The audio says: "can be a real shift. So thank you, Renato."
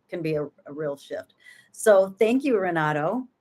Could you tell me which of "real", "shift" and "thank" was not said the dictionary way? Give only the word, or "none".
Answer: none